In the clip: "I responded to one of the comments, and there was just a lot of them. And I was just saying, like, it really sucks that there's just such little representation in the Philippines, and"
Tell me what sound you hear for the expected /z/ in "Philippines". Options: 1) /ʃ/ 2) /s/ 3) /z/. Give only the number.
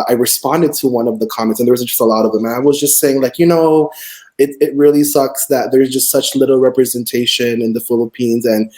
3